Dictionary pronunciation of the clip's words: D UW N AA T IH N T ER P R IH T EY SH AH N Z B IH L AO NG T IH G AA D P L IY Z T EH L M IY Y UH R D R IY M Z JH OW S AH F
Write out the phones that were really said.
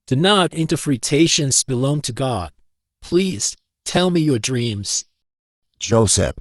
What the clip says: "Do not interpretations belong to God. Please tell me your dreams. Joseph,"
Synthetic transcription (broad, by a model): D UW N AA T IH N T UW F R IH T EY SH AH N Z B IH L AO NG T IH G AA D P L IY Z T EH L M IY Y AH R D R IY M Z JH OW S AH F